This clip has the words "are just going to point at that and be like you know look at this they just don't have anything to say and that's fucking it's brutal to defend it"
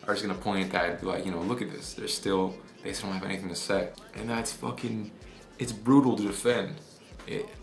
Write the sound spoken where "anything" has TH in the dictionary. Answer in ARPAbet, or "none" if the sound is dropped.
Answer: TH